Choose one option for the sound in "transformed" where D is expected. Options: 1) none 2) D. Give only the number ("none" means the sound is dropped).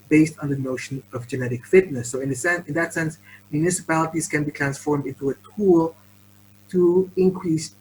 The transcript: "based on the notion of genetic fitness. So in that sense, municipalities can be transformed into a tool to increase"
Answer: 2